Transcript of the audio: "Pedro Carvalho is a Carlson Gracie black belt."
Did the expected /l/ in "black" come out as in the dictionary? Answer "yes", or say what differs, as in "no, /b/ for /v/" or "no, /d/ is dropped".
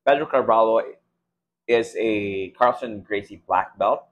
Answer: yes